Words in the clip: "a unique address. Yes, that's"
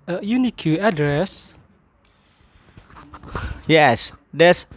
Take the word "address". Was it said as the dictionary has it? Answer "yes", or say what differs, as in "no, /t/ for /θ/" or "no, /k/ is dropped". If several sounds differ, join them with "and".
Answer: yes